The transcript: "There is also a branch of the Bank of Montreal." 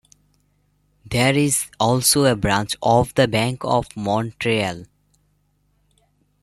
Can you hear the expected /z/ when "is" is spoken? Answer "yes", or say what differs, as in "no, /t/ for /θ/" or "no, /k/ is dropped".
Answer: yes